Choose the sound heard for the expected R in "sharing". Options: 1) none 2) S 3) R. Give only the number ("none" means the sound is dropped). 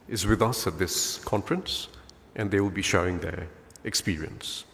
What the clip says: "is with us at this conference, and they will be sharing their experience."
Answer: 1